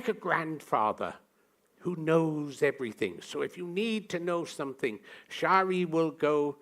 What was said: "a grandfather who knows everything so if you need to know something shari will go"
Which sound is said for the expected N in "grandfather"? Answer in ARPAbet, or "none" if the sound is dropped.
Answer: N